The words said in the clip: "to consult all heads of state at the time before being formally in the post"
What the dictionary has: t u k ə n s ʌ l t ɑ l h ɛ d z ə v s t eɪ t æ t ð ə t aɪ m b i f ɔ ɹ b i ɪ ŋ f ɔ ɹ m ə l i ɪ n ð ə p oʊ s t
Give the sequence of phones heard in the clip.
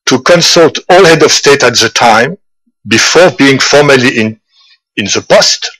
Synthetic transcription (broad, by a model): t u k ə n s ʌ l t ɑ l h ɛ d ə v s t eɪ t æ t ð ə t aɪ m b i f ɔ ɹ b i ɪ ŋ f ɔ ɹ m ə l i ɪ n ð ə p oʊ s t